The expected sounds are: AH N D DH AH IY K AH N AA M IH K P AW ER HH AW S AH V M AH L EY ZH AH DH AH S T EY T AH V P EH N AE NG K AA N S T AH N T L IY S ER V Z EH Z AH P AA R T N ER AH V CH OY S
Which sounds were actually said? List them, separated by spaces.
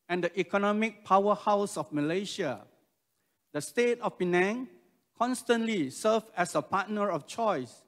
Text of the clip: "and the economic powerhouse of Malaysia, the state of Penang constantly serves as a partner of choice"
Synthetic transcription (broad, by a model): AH N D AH IY K AH N AA M IH K P AW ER HH AW S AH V M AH L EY SH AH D AH S T EY T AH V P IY N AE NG K AA N S T AH N T L IY S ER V EH S AH P AA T N ER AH F CH OY S